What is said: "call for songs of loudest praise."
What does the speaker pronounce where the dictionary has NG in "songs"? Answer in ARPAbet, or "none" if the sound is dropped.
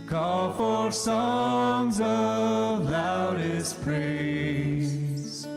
NG